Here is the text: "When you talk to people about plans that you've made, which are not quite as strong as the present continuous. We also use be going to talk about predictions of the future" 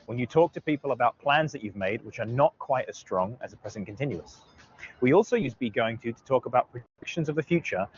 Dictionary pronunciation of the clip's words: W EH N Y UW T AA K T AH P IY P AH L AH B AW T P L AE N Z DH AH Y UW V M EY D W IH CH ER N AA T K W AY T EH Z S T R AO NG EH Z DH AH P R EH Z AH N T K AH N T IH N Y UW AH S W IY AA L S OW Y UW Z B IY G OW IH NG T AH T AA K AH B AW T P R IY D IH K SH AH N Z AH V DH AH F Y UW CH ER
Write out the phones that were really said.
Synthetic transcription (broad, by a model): W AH N Y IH T AA K T AH P IY P AH L AH B AW T P L AE N Z DH AH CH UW V M EY D W IH CH ER N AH T K W AY T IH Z S T R AO NG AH Z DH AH P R EH Z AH N K AH N T IH N Y UW AH S W IY AA L S OW Y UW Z B IY G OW IH NG T AH T AA K AH B AW T P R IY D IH K SH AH N Z AH V DH AH F Y UW CH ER